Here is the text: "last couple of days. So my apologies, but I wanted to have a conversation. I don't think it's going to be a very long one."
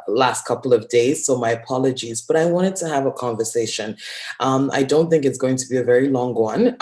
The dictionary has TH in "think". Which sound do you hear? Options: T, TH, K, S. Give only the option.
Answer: TH